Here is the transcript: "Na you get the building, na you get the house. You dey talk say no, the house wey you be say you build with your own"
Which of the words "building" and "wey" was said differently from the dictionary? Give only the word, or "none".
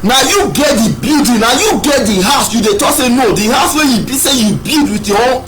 building